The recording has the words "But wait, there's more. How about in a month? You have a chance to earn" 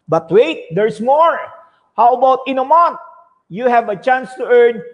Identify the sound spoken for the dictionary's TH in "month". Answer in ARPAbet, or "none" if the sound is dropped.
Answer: T